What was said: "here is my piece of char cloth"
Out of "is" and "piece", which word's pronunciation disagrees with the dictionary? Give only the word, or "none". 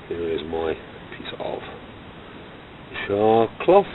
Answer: none